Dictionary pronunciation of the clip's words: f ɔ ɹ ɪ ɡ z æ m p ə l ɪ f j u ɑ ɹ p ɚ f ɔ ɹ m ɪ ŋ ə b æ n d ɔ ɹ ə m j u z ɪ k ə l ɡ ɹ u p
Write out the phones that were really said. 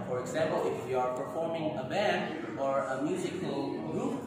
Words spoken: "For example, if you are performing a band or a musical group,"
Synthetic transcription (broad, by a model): f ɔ ɹ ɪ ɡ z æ m p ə l ɪ f j u ɑ ɹ p ɚ f ɔ ɹ m ɪ ŋ ə b æ n d ɔ ɹ ə m j u z ɪ k ə l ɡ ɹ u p